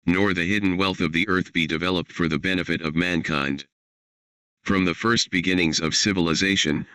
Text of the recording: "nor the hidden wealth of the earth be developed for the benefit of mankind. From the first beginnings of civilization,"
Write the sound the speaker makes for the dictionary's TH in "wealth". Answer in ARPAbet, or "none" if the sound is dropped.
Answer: TH